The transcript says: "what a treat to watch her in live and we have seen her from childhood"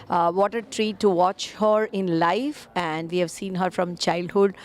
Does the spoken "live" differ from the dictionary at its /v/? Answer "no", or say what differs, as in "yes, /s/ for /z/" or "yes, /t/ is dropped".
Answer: yes, /f/ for /v/